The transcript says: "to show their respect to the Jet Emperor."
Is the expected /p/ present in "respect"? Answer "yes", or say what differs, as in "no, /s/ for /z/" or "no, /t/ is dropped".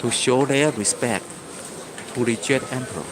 yes